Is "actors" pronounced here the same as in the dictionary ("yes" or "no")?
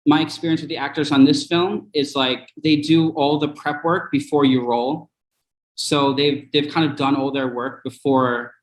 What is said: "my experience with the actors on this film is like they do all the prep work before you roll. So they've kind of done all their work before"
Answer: yes